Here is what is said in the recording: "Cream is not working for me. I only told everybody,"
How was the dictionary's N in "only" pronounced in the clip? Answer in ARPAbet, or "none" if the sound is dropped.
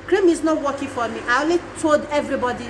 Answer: none